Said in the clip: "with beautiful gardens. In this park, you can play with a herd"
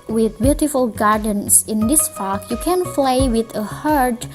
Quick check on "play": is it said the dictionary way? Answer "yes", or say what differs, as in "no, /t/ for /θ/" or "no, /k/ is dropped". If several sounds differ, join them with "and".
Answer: no, /f/ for /p/